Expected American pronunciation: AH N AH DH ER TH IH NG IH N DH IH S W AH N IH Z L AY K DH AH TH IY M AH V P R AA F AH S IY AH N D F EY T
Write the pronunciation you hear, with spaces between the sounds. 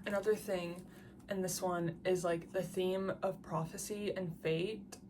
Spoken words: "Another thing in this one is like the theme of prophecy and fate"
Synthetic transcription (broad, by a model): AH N AH DH ER TH IH NG IH N DH IH S W AH N IH Z L AY K DH AH TH IY M AH V P R AA F AH S IY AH N F EY T